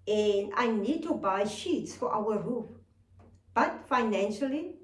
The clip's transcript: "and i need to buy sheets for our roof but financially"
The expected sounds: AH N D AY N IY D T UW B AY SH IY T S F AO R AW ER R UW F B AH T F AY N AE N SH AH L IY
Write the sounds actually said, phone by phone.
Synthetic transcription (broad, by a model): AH N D AY N IY D T UW B AY SH IY T S F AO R AW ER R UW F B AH T F AY N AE N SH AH L IY